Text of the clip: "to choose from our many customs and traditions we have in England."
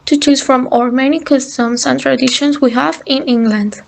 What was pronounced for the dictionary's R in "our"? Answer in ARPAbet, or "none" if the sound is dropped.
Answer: R